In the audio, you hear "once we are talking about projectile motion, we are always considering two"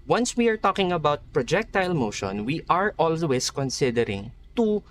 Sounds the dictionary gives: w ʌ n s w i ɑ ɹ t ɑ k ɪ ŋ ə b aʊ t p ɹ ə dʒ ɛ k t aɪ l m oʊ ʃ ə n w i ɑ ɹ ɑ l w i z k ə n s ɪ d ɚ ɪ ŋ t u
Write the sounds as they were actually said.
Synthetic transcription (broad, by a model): w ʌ n s w i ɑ ɹ t ɑ k ɪ ŋ ə b aʊ t p ɹ ə dʒ ɛ k t aɪ l m oʊ ʃ ə n w i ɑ ɹ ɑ l w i s k ə n s ɪ d ɚ ɪ ŋ t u